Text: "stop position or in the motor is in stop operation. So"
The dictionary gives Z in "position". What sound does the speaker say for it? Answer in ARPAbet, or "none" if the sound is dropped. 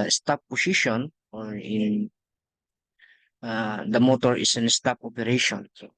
S